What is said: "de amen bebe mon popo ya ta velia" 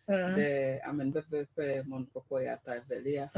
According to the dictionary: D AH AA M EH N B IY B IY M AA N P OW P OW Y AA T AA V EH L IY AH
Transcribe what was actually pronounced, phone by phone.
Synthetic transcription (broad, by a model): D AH AA M EH N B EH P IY M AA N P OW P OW Y AA T AA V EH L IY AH